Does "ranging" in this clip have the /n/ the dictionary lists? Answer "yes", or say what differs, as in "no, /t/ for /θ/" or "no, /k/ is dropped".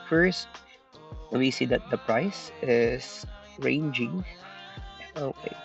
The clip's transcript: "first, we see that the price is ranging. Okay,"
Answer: yes